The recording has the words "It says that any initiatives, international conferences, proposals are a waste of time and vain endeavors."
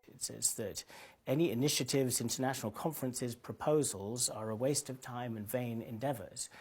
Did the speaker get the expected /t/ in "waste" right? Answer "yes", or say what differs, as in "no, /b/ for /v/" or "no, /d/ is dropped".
yes